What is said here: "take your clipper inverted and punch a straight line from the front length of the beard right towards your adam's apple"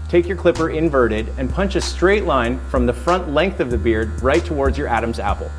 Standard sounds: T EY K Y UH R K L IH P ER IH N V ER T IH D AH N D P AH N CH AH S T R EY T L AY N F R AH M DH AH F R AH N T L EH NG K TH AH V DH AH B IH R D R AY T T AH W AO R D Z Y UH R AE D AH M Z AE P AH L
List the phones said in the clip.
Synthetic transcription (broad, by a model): T EY K Y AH R K L IH P ER IH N V ER T IH D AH N P AH N CH AH S T R EY T L AY N F R AH M DH AH F R AH N T L EH NG K TH AH V DH AH B IH R D R AY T T AH W AO R D Z Y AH R AE D AH M Z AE P L